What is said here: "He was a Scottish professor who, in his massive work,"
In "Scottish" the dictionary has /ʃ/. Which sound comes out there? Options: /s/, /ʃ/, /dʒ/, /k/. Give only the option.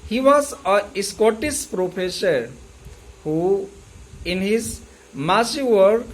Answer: /s/